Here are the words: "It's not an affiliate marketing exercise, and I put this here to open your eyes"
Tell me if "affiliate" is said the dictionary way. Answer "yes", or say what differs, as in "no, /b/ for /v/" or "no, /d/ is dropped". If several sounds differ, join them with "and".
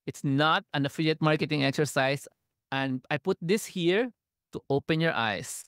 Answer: yes